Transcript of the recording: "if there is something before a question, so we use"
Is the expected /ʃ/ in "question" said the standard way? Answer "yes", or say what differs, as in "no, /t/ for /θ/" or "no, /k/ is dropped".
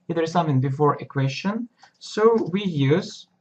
yes